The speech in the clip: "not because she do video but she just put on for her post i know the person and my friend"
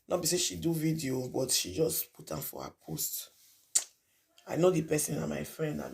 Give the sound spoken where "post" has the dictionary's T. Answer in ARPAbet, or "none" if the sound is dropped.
T